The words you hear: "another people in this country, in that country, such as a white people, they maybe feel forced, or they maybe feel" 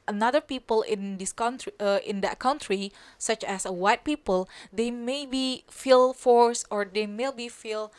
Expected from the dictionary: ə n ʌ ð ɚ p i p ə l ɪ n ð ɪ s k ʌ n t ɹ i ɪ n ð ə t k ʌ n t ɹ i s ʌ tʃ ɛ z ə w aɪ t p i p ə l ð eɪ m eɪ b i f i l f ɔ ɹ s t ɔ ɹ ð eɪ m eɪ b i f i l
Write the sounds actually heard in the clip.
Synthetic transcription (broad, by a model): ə n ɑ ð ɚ p i p ə l ɪ n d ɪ s k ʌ n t ɹ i ɪ n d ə t k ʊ n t ɹ i s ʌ tʃ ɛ s ə w aɪ t p i p ə l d eɪ m eɪ b i f i l f ɔ ɹ s ɔ ɹ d eɪ m eɪ b i f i l